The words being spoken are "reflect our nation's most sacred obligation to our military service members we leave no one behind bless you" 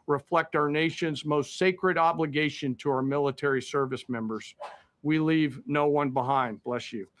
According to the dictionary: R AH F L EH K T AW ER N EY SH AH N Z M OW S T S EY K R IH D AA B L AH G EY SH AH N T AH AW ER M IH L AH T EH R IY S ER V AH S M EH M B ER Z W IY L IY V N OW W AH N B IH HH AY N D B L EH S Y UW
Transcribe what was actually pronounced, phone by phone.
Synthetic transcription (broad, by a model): R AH F L EH K T AW ER N EY SH AH N Z M OW S T S EY K R IH D AA B L AH G EY SH AH N T AH AW ER M IH L AH T EH R IY S ER V AH S M EH M B ER Z W IY L IY V N OW W AH N B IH HH AY N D B L EH S Y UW